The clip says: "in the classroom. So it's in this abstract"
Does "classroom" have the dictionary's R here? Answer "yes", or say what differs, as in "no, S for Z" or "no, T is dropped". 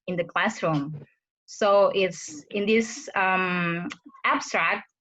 yes